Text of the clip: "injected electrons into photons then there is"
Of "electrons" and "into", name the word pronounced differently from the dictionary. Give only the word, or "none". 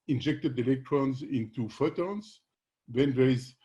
none